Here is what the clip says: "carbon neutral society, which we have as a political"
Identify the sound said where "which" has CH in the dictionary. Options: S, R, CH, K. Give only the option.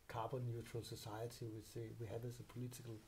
S